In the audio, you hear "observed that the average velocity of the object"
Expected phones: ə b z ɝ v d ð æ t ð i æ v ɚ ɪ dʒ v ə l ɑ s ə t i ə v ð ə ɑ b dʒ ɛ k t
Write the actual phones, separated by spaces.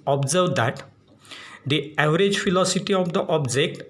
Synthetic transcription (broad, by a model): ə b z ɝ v d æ t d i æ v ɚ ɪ dʒ f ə l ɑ s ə t i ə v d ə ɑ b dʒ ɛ k t